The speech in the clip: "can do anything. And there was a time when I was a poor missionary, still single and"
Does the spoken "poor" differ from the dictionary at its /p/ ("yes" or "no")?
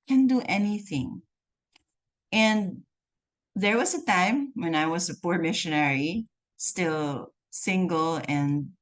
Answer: no